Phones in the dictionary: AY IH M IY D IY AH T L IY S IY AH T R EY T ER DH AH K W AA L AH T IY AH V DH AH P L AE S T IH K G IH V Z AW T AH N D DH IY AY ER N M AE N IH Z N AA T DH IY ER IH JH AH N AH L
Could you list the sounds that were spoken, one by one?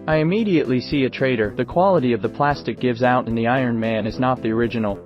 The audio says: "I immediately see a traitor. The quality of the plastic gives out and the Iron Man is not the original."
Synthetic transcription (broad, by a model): AY IH M IY D IY AH T L IY S IY AH T R EY T ER DH AH K W AA L AH T IY AH V DH AH P L AE S T IH K G IH V Z AW T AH N DH IY AY ER N M AE N IH Z N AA T DH IY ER IH JH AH N L